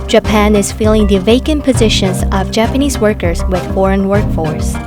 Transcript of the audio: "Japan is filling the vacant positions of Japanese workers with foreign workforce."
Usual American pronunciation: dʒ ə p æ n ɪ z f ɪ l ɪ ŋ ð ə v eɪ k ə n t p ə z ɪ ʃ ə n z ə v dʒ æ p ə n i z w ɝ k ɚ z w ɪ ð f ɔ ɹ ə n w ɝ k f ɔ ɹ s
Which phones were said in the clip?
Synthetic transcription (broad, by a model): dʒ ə p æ n ɪ z f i l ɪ ŋ ð ə v eɪ k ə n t p ə z ɪ ʃ ə n z ə v dʒ æ p ə n i z w ɝ k ɚ z w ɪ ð f ɔ ɹ ə n w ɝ k f ɔ ɹ s